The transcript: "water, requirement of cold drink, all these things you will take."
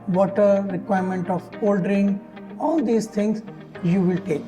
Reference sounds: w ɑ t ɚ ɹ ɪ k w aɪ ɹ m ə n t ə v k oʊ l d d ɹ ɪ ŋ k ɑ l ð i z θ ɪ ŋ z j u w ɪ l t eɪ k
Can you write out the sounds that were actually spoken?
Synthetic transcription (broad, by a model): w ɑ t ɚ ɹ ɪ k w aɪ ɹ m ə n t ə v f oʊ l d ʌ ɹ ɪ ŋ ɑ l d i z t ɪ ŋ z j u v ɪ l t eɪ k